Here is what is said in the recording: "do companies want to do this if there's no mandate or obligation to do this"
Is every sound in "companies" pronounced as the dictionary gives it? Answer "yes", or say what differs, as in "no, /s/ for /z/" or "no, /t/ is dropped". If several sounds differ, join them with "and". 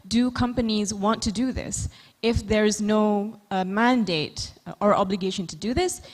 yes